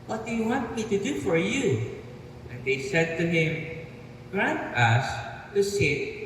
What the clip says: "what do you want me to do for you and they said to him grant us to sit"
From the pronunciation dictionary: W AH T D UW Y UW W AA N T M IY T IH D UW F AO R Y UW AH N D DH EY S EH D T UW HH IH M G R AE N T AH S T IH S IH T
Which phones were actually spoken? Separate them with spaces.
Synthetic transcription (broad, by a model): W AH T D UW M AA T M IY T IH D UW F AO R Y UW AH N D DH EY S EH D T UW HH IH M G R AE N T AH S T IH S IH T